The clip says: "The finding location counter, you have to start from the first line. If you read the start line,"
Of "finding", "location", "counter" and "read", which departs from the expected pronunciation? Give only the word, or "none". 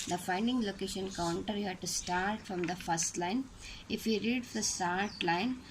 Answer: none